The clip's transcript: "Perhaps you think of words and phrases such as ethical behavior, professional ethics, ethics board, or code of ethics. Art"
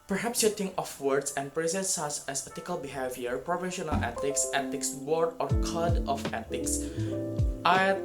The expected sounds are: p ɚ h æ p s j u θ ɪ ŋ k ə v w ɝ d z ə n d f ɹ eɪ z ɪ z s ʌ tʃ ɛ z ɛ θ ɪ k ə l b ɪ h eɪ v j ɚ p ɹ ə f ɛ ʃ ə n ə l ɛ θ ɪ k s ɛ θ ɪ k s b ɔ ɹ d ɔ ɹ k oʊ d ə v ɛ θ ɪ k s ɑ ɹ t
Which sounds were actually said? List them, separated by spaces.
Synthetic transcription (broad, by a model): p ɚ h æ p s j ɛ t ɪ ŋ ə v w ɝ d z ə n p ɹ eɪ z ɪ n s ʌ s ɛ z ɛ t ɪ k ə l b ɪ h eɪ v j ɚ p ɹ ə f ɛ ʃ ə n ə l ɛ t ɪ k s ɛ t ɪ k s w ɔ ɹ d ɔ ɹ k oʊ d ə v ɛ t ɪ k s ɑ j